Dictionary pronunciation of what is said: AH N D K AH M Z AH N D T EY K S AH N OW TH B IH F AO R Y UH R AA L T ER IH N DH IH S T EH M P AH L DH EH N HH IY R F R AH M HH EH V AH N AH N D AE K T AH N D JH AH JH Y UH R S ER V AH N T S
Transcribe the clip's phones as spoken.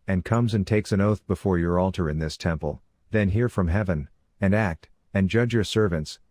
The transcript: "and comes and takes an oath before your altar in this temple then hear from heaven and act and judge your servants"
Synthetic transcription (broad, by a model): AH N K AH M Z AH N T EY K S AH N OW TH B IH F AO R Y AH R AA L T ER IH N DH IH S T EH M P AH L DH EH N HH IY R F R AH M HH EH V AH N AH N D AE K T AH N JH AH JH Y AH R S ER V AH N T S